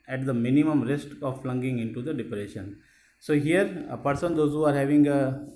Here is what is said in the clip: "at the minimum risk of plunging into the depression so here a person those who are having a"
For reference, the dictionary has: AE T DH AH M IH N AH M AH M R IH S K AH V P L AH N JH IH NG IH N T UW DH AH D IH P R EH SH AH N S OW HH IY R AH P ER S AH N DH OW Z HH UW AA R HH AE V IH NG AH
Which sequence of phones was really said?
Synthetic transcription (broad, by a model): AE T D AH M IH N AH M AH M R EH S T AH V F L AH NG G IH NG IH N T UW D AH D IH P R EH SH AH N S OW HH IY R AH P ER S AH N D OW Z HH UW AA R HH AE V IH NG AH